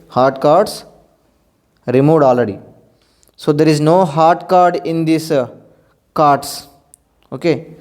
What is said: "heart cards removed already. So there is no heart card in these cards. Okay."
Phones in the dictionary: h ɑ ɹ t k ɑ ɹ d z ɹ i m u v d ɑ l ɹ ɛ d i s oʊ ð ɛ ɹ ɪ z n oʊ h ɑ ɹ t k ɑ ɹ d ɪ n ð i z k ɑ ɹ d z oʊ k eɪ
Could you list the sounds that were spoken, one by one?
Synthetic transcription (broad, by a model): h ɑ ɹ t k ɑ ɹ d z ɹ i m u d ɑ l ɹ ɛ d i s oʊ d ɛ ɹ ɪ z n oʊ h ɑ ɹ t k ɑ ɹ d ɪ n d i s k ɑ ɹ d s oʊ k eɪ